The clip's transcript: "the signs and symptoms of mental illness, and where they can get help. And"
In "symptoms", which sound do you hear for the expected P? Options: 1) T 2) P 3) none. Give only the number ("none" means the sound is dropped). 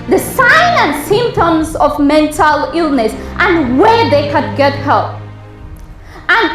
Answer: 2